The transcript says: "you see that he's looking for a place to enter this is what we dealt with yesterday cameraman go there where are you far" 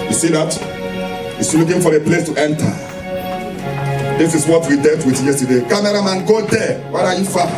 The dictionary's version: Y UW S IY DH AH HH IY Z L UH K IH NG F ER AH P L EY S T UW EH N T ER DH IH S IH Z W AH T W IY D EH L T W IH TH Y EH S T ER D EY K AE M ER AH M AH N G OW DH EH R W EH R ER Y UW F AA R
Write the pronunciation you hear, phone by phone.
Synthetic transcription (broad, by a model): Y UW S IY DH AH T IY S L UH K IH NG F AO AH P L EY S T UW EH N T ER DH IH S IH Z W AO T W IY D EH T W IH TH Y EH S T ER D EY K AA M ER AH M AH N G OW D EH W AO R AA Y UW F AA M